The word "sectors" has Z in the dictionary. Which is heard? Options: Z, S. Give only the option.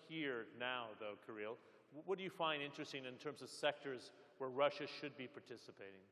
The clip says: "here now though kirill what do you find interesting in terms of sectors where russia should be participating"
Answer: Z